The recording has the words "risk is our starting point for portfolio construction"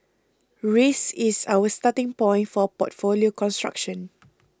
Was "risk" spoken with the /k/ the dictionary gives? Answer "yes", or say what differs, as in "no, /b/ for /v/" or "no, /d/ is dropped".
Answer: no, /k/ is dropped